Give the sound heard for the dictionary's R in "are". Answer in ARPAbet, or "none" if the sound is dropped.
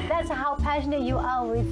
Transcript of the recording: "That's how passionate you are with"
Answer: L